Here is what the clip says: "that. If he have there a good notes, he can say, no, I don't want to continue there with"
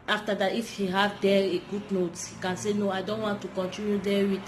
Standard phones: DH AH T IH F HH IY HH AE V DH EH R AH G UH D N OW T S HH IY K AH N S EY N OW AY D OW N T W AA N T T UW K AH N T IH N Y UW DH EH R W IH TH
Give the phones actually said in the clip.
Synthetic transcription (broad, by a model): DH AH T IH F HH IY HH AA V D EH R AH G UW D N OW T HH IY K AH N S EY N OW AY D OW N T W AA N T T UW K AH N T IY N Y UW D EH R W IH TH